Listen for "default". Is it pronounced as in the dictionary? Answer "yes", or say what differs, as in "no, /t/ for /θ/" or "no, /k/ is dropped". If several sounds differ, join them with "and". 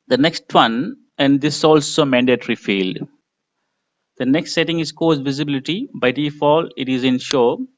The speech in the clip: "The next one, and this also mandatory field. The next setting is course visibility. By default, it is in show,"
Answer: no, /t/ is dropped